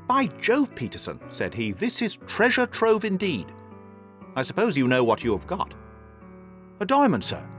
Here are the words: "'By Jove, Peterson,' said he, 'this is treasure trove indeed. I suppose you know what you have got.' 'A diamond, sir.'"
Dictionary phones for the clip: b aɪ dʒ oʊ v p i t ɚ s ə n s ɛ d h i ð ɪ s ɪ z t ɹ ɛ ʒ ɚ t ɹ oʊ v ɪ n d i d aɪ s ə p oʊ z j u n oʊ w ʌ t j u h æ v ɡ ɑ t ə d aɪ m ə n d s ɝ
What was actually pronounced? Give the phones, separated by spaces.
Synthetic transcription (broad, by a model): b aɪ dʒ oʊ v p i t ɚ s ə n s ɛ d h i ð ɪ s ɪ z t ɹ ɛ ʒ ɚ t ɹ oʊ v ɪ n d i d aɪ s ə p oʊ z j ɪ n oʊ w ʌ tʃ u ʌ v ɡ ɑ t ə d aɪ m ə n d s ɝ